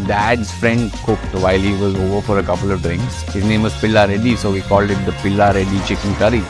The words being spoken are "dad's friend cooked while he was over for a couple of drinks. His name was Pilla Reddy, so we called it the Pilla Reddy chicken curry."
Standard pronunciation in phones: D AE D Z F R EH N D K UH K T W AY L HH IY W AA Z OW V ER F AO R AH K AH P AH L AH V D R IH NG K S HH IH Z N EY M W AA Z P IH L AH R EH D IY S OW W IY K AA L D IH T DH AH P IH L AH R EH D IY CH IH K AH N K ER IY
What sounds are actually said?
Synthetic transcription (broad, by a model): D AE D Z F R EH N D K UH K T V AY L HH IY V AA Z OW V ER F AO R AH K AH P AH L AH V D R IH NG K S HH IH Z N EY M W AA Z P IH L AH R EH D IY S OW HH IY K AA L D IH T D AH P IH L AH R EH D IY CH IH K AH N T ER IY